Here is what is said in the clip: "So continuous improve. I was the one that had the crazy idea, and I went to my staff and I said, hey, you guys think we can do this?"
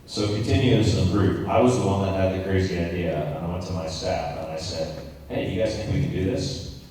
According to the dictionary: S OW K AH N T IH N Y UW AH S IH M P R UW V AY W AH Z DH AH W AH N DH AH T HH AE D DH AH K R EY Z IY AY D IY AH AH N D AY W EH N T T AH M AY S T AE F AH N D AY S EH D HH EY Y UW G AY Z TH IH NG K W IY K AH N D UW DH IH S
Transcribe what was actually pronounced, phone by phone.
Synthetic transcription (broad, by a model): S OW K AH N T IH N Y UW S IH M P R UW P AY W AH Z DH AH W AH N DH AH T HH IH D DH AH K R EY Z IY AY D IY AH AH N AY W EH N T T AH M AY S T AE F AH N AY S EH D HH EY Y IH G AY Z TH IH K W IY K AH N D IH DH IH S